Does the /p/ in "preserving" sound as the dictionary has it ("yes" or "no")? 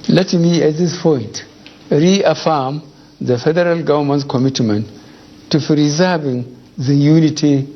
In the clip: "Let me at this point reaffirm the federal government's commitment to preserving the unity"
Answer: no